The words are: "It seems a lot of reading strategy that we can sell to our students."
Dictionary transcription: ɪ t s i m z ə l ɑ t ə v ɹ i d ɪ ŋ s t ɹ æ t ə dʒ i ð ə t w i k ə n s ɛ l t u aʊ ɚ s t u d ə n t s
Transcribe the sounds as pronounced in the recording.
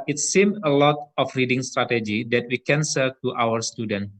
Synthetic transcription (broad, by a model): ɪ t s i m ə l ɑ t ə f ɹ i d ɪ ŋ s t ɹ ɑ t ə dʒ i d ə t w i k ə n s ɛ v t u aʊ ɚ s t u d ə n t